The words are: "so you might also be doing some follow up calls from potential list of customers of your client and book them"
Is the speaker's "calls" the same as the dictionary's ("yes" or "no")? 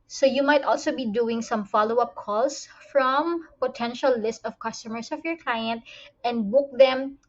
no